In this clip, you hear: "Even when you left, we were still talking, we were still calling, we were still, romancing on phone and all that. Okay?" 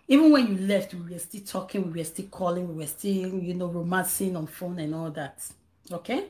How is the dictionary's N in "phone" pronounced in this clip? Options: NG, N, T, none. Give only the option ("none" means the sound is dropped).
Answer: N